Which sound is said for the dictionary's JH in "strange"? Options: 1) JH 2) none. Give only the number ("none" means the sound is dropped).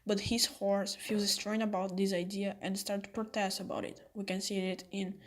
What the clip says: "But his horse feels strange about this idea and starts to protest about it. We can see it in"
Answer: 2